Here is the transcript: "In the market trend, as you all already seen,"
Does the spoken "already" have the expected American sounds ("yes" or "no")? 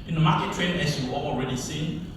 yes